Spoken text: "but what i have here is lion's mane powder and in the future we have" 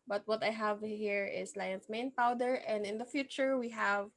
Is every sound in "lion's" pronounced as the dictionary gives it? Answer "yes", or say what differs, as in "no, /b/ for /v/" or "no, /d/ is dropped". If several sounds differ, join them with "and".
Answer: no, /s/ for /z/